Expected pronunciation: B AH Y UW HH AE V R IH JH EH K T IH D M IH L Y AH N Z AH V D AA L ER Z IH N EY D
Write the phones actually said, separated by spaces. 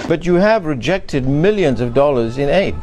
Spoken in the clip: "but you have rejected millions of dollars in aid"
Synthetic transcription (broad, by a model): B AH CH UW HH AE V R IH JH EH K T IH D M IH L Y AH N Z AH V D AA L ER Z IH N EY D